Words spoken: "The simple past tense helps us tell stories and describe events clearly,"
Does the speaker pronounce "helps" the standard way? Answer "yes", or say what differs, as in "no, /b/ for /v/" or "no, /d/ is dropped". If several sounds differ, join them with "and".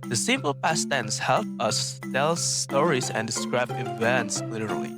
no, /s/ is dropped